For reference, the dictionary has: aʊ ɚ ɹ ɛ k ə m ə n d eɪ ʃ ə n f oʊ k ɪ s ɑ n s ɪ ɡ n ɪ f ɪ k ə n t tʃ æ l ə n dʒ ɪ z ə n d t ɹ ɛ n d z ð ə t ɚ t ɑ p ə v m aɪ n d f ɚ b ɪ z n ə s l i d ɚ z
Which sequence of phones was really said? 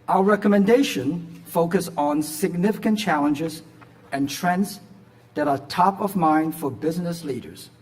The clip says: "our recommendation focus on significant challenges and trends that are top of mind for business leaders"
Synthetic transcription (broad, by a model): aʊ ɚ ɹ ɛ k ə m ə n d eɪ ʃ ə n f oʊ k ɪ s n s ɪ ɡ n ɪ f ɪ k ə n tʃ æ l ə n dʒ ɪ z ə n t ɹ ɛ n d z ð ə t ɚ t ɑ p ə v m aɪ n d f ɚ b ɪ z n ə s l i d ɚ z